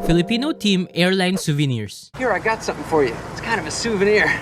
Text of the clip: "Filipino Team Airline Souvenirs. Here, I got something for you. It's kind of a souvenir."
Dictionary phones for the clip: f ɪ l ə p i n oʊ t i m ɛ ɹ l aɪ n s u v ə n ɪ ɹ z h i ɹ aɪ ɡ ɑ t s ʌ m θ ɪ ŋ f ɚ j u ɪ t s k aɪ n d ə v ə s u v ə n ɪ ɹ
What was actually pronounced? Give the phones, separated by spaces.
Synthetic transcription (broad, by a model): f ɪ l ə p i n oʊ t i m ɛ ɹ l aɪ n s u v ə n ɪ ɹ s h i ɹ aɪ ɡ ɑ t s ʌ m θ ɪ ŋ f ɚ j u ɪ t s k aɪ n d ə v ə s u v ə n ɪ ɹ